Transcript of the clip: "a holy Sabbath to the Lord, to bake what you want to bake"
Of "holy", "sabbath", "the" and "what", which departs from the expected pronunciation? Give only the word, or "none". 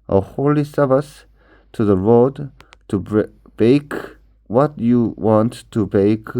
sabbath